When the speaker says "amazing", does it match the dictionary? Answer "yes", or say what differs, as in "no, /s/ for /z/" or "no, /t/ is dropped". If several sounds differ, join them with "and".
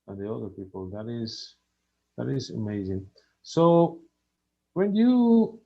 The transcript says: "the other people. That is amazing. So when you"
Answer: yes